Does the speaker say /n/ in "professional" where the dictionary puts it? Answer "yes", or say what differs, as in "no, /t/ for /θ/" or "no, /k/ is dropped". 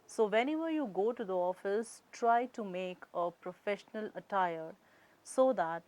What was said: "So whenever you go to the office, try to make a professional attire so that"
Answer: yes